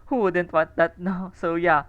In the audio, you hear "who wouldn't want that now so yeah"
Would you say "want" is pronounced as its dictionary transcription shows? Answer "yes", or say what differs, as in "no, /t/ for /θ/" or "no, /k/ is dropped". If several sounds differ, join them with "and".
no, /n/ is dropped